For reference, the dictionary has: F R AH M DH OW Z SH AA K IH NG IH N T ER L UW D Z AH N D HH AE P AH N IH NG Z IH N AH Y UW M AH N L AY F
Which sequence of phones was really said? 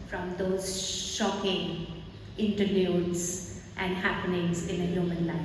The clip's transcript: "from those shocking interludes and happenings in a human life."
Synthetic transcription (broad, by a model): F R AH M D OW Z SH AA K IH NG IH N T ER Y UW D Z AH N D HH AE P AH N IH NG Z IH N AH Y UW M AH N L AY